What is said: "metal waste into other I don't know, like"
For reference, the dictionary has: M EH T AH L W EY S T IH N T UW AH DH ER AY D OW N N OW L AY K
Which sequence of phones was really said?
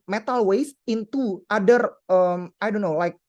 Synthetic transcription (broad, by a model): M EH T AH L W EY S IH N T UW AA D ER AY D OW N N OW L AY K